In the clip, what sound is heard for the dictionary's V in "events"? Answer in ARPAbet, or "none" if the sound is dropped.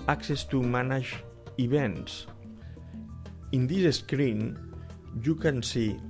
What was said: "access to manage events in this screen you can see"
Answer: B